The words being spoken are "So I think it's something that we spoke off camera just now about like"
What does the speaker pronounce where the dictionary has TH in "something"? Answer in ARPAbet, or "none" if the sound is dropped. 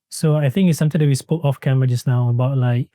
T